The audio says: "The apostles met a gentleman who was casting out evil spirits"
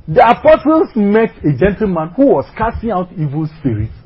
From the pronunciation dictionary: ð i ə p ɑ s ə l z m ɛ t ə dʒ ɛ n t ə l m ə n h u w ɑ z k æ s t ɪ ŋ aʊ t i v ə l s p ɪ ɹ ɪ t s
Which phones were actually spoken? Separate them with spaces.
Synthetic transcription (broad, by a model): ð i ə p ɑ s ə l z m ɛ t ə dʒ ɛ n t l m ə n h u w ɑ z k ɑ s t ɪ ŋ aʊ t i v ə l s p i ɹ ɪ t